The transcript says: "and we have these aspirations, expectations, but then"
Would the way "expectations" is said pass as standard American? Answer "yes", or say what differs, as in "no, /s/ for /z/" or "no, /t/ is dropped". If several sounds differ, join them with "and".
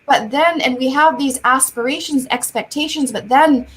yes